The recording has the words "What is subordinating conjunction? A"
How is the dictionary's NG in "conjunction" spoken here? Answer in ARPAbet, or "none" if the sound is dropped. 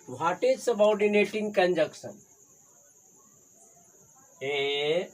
none